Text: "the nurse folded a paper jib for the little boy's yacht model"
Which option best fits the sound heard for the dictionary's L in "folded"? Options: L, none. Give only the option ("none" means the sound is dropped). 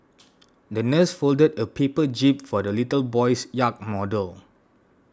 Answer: L